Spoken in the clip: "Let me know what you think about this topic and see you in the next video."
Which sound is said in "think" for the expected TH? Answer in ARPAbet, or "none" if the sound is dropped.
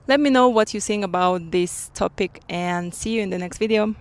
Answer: S